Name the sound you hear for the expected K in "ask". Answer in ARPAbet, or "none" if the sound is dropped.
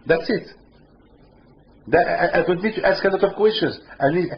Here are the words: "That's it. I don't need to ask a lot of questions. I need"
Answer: K